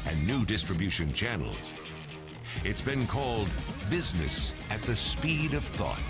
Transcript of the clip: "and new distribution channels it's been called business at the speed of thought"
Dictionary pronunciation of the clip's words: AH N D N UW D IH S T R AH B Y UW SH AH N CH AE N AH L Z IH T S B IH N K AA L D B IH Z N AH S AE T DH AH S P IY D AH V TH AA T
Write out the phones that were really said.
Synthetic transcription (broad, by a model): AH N N UW D IH S T R AH B Y UW SH AH N CH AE N L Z IH T S B IH N K AA L D B IH Z N AH S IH T DH AH S P IY D AH V TH AA T